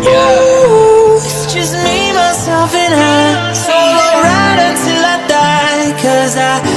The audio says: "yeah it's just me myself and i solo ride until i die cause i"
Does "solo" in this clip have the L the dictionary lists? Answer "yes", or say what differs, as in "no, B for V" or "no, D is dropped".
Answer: no, L is dropped